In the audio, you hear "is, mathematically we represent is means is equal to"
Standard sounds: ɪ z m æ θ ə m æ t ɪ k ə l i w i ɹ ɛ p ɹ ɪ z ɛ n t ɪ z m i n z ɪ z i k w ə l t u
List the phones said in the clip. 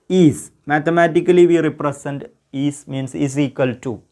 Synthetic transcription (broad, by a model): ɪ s m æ t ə m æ t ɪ k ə l i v i ɹ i p ɹ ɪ s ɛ n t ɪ s m i n s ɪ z i k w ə l t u